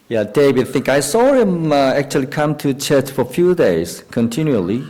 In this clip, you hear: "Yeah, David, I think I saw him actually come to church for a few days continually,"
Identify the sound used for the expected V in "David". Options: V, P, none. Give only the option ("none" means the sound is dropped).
none